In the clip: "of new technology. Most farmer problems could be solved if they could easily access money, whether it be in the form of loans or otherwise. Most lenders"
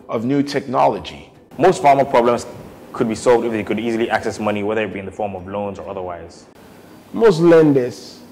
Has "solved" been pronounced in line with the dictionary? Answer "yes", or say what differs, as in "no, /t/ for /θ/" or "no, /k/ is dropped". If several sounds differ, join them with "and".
yes